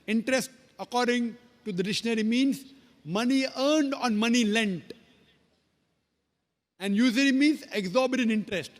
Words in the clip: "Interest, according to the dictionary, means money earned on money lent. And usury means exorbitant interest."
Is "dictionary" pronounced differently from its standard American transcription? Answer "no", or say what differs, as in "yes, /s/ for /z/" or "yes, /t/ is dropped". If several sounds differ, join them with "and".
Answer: yes, /k/ is dropped